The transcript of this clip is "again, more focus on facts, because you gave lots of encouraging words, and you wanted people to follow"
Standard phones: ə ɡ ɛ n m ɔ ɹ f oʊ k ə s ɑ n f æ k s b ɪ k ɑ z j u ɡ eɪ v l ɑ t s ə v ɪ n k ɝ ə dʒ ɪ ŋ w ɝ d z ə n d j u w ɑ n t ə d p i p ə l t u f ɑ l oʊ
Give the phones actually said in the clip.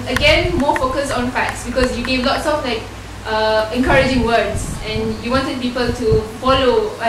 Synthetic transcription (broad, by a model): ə ɡ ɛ n m ɔ f oʊ k ə s ɑ n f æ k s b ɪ k ɑ s j u ɡ eɪ v l ɑ t s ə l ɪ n k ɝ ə dʒ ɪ ŋ w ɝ d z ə n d j u w ɑ n t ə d p i p ə l t u f ɑ l oʊ